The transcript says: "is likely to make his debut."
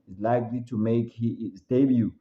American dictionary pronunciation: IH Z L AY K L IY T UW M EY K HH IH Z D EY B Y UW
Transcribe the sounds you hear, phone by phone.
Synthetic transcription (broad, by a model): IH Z L AY K L IY T UW M EY K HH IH S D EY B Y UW